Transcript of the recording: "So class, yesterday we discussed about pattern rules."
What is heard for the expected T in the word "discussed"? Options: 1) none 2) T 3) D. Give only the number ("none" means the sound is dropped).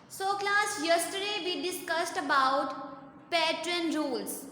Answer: 2